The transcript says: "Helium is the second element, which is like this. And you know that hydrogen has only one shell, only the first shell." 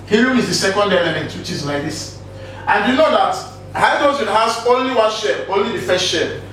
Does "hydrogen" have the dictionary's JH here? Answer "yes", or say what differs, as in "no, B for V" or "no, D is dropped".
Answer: no, Z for JH